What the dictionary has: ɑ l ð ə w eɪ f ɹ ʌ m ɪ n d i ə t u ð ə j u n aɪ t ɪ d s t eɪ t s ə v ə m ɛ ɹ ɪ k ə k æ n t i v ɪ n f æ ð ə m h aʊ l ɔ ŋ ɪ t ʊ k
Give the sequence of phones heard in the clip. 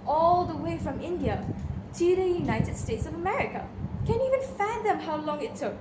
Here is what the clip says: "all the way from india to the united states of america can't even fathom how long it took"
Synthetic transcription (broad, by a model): ɑ l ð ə w eɪ f ɹ ʌ m ɪ n d i ə t u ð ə j u n aɪ t ɪ d s t eɪ t s ə v ə m ɛ ɹ ɪ k ə k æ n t i v ɪ n f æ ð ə m h aʊ l ɔ ŋ ɪ t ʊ k